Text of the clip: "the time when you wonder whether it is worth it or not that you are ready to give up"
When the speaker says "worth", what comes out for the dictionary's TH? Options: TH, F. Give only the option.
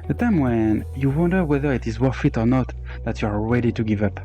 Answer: F